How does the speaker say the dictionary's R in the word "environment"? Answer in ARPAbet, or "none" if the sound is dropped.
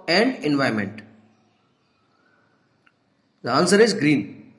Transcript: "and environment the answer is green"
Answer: none